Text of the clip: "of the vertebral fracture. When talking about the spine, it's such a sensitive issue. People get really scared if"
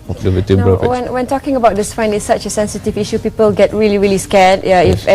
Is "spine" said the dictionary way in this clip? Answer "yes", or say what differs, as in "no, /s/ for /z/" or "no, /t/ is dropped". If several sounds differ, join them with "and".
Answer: no, /f/ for /p/